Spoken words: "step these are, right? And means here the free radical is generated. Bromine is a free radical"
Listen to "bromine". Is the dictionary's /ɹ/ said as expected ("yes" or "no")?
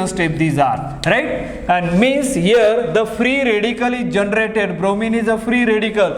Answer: yes